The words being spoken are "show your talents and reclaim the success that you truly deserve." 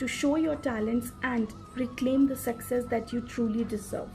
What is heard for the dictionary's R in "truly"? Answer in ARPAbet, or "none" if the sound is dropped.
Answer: R